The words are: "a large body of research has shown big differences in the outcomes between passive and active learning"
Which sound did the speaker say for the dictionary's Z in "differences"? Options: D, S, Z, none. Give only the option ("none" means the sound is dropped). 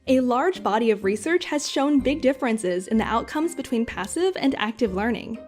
Z